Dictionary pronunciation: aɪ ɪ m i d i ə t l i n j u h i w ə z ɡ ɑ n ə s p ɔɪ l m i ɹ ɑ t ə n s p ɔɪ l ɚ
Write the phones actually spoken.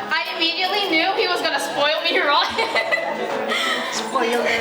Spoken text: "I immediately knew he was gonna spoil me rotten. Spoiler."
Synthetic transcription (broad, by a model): aɪ ɪ m i d i ə t l i n j u h i w ə z ɡ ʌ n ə s p ɔɪ l m i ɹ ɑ s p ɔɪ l